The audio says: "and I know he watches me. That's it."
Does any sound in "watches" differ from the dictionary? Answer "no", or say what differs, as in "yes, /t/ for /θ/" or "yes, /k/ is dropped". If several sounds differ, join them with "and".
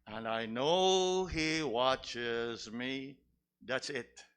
no